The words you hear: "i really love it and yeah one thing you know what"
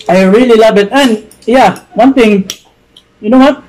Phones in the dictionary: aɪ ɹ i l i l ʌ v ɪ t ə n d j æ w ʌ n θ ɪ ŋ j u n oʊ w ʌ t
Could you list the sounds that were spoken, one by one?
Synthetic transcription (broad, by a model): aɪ ɹ i l i l ʌ v ɪ t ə n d j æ w ʌ n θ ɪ ŋ j u n oʊ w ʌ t